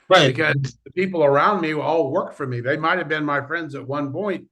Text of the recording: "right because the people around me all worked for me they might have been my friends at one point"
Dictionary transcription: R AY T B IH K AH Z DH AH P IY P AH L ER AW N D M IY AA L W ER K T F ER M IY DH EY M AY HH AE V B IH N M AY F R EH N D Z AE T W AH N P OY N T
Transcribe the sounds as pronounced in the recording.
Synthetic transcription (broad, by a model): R AY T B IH K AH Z DH AH P IY P L ER AW N D M IY AA L W ER K F ER M IY DH EY M AY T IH V B IH N M AY F R EH N D Z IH T W AH N P OY N T